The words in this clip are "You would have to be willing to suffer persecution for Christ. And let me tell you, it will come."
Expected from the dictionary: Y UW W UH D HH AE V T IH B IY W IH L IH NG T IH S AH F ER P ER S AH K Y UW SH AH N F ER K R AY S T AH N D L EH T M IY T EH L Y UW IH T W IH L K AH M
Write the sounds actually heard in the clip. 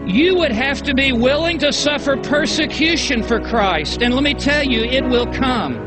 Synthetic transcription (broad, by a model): Y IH W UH D HH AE F T IH B IY W IH L IH NG T IH S AH F ER P ER S AH K Y UW SH AH N F ER K R AY S T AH N L EH T M IY T EH L Y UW IH T W IH L K AH M